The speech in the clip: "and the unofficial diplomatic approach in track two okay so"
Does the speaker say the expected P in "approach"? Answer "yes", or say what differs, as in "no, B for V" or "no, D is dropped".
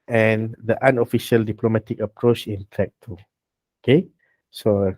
yes